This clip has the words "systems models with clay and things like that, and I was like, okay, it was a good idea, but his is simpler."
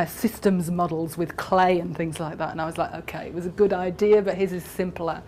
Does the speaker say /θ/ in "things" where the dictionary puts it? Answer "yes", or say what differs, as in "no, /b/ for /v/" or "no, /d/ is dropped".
yes